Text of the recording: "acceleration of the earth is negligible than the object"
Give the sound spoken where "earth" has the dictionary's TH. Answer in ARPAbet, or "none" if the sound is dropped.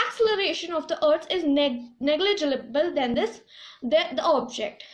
S